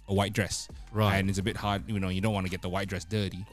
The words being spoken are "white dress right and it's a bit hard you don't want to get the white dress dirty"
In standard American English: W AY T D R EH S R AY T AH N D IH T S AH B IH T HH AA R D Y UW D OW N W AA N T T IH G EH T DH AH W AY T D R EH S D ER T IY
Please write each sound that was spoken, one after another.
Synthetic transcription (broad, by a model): W AY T D R EH S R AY AH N IH T S AH B IH T HH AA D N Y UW D OW N W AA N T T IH G EH T DH AH W AY T D R EH S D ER T IY